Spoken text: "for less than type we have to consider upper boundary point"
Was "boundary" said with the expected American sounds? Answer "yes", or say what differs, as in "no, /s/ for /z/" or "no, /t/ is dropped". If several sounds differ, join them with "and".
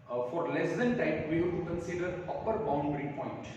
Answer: yes